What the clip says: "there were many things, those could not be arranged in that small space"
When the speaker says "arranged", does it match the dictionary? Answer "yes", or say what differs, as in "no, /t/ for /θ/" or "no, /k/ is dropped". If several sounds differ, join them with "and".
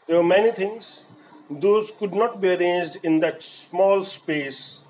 yes